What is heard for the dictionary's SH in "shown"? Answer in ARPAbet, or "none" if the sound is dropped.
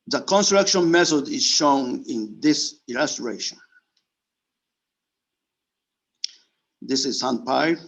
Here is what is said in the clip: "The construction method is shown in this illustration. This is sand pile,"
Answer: SH